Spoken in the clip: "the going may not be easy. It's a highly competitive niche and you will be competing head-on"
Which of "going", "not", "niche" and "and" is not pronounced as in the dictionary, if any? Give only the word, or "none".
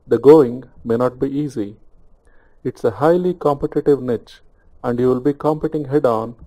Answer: none